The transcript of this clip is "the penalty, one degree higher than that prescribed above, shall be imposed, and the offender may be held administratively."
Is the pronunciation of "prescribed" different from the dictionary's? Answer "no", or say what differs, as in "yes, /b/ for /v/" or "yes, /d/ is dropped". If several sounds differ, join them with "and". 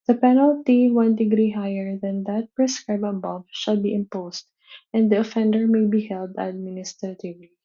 yes, /d/ is dropped